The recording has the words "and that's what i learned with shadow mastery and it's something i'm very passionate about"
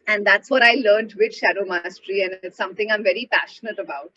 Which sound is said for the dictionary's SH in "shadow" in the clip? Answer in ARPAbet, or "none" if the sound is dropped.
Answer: SH